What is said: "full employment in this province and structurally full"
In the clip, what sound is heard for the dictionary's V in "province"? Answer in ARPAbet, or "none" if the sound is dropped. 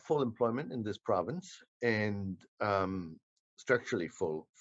V